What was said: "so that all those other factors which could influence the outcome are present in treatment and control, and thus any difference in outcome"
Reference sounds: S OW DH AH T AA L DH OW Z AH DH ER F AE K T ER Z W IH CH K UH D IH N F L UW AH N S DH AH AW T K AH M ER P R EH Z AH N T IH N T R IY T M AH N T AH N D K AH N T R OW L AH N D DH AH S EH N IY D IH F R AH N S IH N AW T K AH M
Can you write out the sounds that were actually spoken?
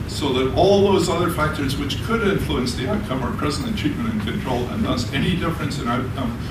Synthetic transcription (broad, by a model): S OW DH AH T AA L DH OW Z AH DH ER F AE K T ER Z W IH CH K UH D IH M F L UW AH N S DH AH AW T K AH M ER P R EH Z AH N IH N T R IY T M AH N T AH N K AH N T R OW L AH N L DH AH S EH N IY D IH F R AH N S IH N AW T K AH M